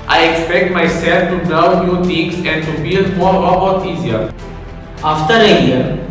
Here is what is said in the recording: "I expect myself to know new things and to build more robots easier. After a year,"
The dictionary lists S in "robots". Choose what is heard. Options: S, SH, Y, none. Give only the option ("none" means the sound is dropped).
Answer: none